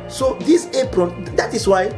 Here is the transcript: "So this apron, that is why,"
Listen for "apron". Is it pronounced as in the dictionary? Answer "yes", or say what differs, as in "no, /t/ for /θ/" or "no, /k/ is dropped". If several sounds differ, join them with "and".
yes